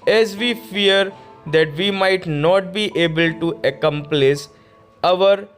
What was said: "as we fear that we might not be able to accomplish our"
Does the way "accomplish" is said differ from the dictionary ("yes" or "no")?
yes